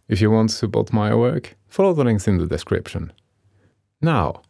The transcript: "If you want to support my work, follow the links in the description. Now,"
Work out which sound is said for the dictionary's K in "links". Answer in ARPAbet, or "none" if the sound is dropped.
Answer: none